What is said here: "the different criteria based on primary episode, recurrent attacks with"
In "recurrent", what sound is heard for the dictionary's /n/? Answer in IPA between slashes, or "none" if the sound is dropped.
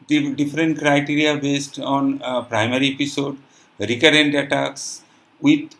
/n/